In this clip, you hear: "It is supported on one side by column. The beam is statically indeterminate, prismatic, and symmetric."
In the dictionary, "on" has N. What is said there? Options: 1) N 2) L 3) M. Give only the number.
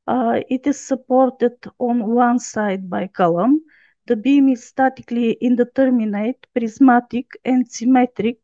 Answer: 1